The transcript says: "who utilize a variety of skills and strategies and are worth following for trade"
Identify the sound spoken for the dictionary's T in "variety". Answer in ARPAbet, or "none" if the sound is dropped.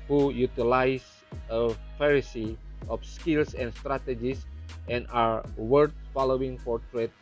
S